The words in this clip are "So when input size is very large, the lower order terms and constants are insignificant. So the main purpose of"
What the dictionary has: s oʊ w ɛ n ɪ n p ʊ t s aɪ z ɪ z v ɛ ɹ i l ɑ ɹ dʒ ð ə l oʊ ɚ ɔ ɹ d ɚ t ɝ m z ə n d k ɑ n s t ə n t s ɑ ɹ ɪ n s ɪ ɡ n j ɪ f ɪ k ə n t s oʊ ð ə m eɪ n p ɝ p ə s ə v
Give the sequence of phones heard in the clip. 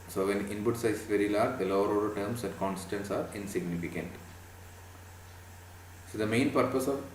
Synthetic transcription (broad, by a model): s oʊ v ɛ n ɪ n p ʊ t s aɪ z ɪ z v ɛ ɹ i l ɑ ɹ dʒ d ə l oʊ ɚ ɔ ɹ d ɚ t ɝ m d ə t k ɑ n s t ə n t s ɑ ɹ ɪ n s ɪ ɡ n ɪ f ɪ k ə n t s oʊ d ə m eɪ n p ɝ p ə s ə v